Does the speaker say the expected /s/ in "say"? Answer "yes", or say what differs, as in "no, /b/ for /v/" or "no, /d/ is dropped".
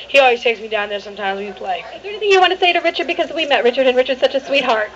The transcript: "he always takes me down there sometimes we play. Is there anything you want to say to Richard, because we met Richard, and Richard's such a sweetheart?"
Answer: yes